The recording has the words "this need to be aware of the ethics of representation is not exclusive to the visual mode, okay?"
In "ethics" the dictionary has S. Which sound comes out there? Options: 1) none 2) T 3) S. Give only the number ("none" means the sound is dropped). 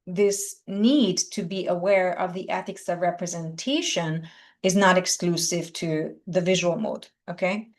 3